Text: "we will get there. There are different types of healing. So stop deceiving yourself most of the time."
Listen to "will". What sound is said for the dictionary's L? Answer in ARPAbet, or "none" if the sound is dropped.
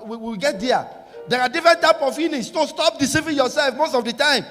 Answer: W